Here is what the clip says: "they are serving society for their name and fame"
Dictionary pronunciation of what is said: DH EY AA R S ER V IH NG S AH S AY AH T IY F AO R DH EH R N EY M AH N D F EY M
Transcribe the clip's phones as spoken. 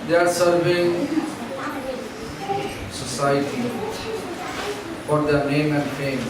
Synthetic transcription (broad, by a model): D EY AA R S ER V IH NG S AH S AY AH T IY F AO R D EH R N EY M AH N D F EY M